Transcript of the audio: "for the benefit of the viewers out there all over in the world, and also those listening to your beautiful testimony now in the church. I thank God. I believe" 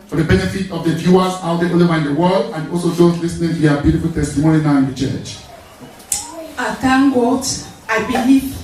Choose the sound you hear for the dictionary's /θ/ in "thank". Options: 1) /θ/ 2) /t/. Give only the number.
2